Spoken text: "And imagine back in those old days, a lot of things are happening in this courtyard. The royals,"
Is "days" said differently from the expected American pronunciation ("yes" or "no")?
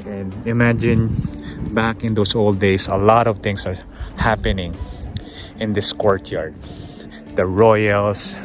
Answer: yes